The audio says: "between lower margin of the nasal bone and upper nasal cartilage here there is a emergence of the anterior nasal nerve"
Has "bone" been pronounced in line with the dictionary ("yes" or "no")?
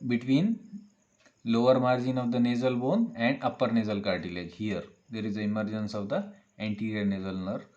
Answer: yes